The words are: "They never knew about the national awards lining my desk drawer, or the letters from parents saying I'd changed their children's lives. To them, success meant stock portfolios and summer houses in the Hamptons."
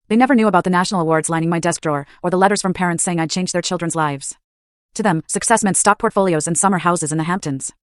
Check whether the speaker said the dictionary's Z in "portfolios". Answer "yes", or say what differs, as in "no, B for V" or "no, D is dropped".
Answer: yes